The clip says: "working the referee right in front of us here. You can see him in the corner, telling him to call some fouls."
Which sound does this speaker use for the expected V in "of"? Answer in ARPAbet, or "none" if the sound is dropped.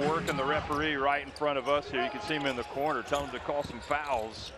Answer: V